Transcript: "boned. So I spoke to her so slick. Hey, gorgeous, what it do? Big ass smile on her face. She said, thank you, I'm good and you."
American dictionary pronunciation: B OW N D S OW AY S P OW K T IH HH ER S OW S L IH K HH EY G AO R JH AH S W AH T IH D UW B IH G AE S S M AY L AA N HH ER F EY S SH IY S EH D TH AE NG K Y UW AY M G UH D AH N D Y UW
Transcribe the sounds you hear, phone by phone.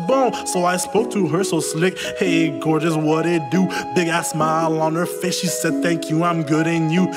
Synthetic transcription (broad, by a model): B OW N S OW AY S P OW K T IH HH ER S OW S L IH K HH EY G AO R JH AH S W AH T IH D UW B IH G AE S S M AY L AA N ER F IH SH SH IY S EH D TH AE NG K Y UW AY M G UH D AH N Y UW